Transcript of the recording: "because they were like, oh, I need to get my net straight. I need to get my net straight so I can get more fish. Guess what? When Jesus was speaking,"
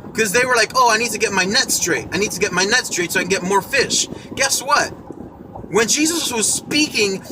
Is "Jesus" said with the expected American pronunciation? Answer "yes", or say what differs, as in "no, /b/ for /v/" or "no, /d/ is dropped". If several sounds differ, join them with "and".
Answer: yes